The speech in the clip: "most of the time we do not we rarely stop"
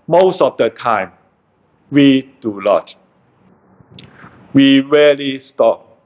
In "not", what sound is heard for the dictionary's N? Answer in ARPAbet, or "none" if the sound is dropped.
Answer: L